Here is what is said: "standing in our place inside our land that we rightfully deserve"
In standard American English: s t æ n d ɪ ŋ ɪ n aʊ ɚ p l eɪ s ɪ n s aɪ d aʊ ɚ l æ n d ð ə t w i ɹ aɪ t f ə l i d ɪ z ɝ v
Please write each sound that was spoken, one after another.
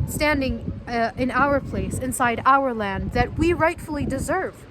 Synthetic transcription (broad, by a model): s t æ n d ɪ ŋ ɪ n aʊ ɚ p l eɪ s ɪ n s aɪ d aʊ ɚ l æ n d ð ə t w i ɹ aɪ t f l i d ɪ z ɝ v